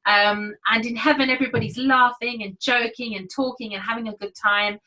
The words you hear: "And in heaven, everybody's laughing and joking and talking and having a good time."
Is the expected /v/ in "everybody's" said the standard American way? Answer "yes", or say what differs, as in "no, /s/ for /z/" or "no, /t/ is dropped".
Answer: yes